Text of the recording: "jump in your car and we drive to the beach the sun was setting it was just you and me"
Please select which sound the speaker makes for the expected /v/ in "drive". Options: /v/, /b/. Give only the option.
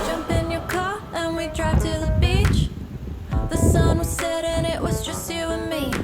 /b/